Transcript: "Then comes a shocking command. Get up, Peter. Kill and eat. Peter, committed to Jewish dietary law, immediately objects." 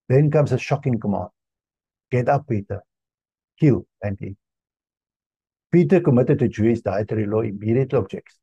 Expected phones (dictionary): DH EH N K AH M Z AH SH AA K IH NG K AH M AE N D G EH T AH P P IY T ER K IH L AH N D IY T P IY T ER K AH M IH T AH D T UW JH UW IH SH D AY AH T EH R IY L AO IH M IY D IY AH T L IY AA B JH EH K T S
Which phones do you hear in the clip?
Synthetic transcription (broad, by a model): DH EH N K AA M S AH SH AA K IH NG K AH M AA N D G EH T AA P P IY T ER K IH L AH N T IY P IY T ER K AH M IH T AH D T UW JH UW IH S D AY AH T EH R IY L AO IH M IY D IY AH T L AA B JH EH K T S